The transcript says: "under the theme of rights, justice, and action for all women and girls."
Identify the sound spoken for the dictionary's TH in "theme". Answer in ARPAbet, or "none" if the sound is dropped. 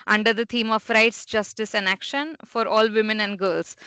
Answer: T